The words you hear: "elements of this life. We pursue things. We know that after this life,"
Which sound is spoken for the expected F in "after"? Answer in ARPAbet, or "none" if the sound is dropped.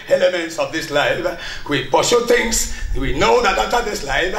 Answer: none